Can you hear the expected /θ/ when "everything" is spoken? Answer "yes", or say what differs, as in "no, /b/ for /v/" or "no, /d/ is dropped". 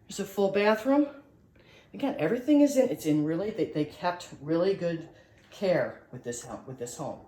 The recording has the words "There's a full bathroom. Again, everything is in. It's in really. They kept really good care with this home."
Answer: yes